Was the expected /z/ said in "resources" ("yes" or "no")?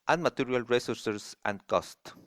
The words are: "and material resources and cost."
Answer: no